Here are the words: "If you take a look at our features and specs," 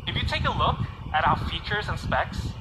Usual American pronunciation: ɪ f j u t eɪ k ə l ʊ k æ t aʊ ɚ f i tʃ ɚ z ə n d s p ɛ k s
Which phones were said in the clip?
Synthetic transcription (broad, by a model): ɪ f j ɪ t eɪ k ə l ʊ k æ t aʊ ɚ f i tʃ ɚ z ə n s p ɛ k s